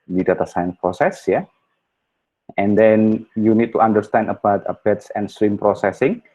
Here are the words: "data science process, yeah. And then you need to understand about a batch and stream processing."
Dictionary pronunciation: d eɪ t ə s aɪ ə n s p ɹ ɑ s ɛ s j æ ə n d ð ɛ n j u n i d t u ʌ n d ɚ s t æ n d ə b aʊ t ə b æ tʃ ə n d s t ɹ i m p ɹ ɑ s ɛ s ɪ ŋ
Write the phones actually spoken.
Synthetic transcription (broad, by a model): d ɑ t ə s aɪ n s p ɹ ɑ s ɛ s j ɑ ə n d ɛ n j u n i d t u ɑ n d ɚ s t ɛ n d ə b aʊ t ə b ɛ s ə n s t ɹ i m p ɹ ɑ s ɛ s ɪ ŋ